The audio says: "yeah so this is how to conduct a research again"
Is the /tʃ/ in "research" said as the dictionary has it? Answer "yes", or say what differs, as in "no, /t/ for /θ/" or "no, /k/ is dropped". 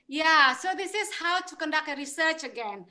yes